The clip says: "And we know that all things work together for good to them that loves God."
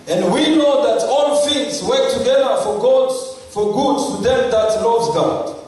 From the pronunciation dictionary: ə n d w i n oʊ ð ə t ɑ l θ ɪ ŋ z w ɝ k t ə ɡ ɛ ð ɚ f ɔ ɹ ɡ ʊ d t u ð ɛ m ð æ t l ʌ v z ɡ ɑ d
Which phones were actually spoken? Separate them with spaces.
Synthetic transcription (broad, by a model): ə n d w i n oʊ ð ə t ɑ l f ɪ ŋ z w ɝ k t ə ɡ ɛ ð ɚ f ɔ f ɡ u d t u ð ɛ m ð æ t l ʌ v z ɡ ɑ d